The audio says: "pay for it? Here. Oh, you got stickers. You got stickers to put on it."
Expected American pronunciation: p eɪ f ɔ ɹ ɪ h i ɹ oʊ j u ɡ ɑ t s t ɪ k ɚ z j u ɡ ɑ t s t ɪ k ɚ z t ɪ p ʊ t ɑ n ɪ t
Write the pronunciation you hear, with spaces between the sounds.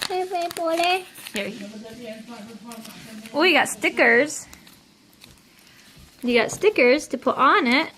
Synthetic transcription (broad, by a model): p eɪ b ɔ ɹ ɪ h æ w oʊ j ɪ ɡ ɑ t s t ɪ k ɚ z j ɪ ɡ ɑ t s t ɪ k ɚ z t ɪ p ʊ t n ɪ t